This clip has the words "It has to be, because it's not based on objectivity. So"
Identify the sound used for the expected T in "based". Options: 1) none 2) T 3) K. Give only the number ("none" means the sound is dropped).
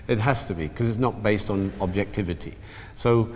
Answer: 2